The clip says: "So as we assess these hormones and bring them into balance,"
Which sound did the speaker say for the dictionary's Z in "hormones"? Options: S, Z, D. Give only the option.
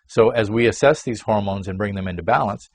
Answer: Z